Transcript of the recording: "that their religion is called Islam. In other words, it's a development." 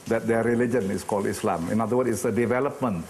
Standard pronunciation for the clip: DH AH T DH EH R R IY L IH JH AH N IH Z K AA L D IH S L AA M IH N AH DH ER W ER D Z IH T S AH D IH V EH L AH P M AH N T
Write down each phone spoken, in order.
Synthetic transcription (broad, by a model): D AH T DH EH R R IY L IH JH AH N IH S K AA L D IH S L AA M IH N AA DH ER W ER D IH T S AH D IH V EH L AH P M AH N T